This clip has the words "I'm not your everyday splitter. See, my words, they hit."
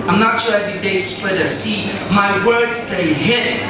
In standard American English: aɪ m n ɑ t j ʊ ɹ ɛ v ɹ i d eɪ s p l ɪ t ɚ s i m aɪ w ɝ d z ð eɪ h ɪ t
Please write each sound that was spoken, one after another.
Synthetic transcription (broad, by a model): aɪ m n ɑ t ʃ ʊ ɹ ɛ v i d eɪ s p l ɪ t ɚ s i m aɪ w ɝ d z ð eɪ h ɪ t